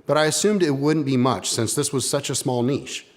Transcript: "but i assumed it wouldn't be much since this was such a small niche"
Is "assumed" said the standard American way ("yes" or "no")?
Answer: yes